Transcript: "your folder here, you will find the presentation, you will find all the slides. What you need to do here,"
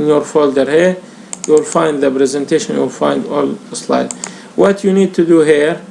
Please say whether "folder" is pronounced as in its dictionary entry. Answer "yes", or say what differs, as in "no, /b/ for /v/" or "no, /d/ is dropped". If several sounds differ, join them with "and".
yes